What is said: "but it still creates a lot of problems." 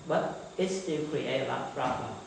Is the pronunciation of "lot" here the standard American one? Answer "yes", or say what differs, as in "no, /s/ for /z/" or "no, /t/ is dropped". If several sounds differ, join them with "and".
no, /t/ is dropped